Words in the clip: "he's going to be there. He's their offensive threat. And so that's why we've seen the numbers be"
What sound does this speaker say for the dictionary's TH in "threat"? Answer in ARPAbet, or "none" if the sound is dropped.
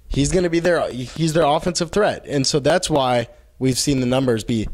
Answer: TH